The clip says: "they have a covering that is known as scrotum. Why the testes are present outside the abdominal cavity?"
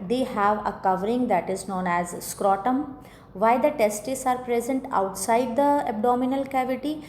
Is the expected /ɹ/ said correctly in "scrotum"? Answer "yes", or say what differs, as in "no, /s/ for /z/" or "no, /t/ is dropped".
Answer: yes